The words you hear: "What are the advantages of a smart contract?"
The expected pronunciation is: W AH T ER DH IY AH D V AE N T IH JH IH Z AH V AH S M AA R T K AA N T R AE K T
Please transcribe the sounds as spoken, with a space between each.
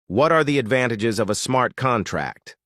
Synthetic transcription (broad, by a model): W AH T ER DH IY AH D V AE N T IH JH IH Z AH V AH S M AA R T K AA N T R AE K T